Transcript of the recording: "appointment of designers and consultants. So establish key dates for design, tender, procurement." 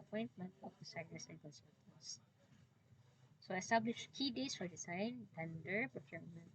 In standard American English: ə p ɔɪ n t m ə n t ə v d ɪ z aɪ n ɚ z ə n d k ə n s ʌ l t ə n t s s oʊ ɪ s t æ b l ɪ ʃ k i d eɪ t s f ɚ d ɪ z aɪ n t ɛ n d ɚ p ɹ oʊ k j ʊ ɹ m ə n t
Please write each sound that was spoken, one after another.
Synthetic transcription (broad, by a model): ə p ɔɪ n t m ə n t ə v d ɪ s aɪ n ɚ s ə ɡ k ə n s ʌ t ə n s s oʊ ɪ s t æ b l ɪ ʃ k i d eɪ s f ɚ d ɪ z aɪ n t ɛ n d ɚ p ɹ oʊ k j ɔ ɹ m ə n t